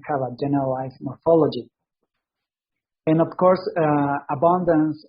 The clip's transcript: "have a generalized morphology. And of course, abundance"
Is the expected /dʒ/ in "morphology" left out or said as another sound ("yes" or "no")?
no